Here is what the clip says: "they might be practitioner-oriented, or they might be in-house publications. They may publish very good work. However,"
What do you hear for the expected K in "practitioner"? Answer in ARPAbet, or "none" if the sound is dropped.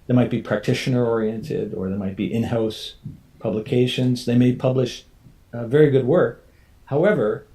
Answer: K